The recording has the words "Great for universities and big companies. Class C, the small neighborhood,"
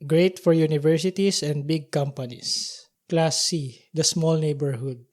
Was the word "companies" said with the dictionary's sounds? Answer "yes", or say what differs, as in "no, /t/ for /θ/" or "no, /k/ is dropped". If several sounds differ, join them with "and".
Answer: no, /s/ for /z/